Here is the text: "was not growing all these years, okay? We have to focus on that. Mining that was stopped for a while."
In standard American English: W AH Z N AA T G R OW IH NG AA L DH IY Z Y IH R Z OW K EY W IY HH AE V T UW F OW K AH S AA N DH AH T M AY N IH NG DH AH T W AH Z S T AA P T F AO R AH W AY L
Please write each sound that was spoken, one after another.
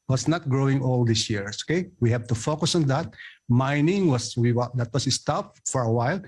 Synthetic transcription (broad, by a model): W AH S N AA T G R OW IH NG AA L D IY S Y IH R OW K EY W IY HH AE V T UW F OW K AH S AA N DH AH T M AY N IH NG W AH T W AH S S T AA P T F AO R AH W AY L